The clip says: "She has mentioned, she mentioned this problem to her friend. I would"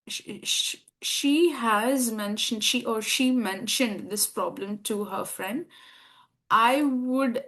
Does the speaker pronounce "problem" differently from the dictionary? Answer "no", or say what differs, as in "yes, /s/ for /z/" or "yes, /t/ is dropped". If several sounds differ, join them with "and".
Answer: no